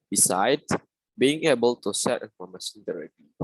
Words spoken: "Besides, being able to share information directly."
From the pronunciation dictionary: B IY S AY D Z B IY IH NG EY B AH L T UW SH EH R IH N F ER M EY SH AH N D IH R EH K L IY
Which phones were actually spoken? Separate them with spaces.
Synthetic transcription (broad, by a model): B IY S AY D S B IY IH NG EY B AH L T UW S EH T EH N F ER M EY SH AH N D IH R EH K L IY